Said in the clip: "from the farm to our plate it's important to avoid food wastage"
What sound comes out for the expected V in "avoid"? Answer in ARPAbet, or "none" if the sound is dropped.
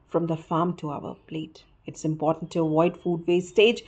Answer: none